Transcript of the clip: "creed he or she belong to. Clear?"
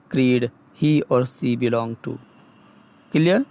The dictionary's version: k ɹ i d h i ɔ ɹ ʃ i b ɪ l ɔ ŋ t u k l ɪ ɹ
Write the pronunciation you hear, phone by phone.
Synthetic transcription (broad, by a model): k ɹ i d h i ɔ ɹ s i b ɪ l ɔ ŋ t u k l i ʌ